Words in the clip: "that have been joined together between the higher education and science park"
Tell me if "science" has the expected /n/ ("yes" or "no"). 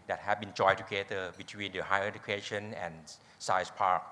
no